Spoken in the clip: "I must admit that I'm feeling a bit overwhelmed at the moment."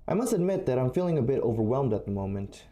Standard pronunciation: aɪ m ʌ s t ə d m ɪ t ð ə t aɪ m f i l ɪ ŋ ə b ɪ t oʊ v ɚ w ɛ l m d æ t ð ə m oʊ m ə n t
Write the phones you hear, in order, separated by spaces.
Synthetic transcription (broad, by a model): aɪ m ʌ s t ə d m ɪ t ð ə t aɪ m f i l ɪ ŋ ə b ɪ t oʊ v ɚ w ɛ l m d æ t ð ə m oʊ m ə n t